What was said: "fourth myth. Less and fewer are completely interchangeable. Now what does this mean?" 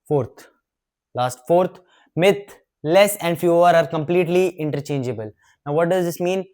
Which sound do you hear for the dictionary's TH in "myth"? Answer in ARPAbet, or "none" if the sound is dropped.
T